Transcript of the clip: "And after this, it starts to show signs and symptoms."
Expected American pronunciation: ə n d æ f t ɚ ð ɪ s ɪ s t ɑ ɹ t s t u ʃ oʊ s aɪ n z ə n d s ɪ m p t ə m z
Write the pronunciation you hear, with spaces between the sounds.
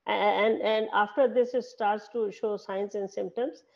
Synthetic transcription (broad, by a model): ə n d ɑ f t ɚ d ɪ s ɪ s t ɑ ɹ t s t u ʃ oʊ s aɪ n s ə n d s ɪ m p t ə m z